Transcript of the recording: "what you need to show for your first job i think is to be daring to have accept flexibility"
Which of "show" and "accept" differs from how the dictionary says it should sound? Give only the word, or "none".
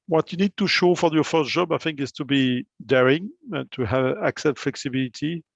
accept